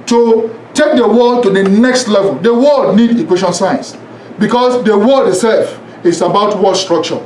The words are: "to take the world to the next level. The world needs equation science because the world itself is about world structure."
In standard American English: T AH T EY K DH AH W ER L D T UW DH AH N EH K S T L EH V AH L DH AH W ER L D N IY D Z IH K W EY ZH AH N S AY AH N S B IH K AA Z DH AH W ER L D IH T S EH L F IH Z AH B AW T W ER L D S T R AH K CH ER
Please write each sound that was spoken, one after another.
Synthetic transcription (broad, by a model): T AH T EY K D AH W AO T UW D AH N EH K S T L EH V AH L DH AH W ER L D N IY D IH K W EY SH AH N S AY AH N S B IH K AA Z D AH W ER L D IH T S EH L F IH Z AH B AW T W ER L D S T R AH K CH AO